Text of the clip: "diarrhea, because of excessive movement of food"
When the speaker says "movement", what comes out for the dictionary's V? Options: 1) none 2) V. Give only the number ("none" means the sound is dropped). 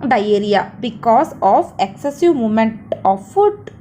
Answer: 1